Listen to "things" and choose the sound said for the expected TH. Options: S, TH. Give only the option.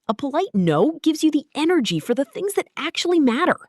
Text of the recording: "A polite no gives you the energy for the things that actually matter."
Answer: TH